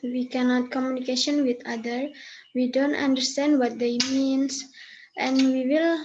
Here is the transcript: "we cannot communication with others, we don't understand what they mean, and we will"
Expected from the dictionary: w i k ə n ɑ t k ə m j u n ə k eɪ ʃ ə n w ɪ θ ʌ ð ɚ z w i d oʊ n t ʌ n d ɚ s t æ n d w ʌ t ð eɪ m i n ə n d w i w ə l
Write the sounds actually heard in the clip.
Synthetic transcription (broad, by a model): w i k ə n ɑ t k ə m j u n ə k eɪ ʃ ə n w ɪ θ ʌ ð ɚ w i d oʊ n t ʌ n d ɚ s t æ n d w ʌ t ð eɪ m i n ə n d w i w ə l